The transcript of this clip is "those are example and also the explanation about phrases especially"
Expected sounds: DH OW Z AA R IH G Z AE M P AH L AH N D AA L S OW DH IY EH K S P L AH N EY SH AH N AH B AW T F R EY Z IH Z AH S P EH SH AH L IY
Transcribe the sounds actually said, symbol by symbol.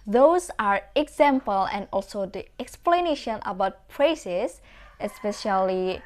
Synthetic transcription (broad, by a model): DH OW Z AA R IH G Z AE M P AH L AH N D AA L S OW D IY EH K S P L AH N EY SH AH N AH B AW T P R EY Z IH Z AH S P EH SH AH L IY